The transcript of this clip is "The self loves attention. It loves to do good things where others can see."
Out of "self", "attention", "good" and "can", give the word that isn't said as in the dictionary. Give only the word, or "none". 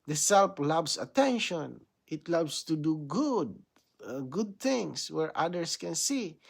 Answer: self